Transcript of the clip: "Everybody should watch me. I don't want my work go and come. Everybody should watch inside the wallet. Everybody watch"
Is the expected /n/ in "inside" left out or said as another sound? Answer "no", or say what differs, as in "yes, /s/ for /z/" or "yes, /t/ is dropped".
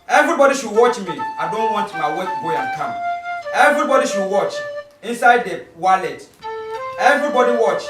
no